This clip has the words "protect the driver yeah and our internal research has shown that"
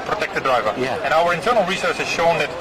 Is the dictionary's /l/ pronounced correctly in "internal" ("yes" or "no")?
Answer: yes